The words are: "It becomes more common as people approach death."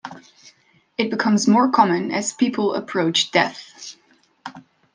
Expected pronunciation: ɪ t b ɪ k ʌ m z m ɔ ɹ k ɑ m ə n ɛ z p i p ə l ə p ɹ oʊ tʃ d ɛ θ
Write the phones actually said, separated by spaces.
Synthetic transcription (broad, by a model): ɪ t b ɪ k ʌ m z m ɔ ɹ k ɑ m ə n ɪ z p i p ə l ə p ɹ oʊ tʃ d ɛ θ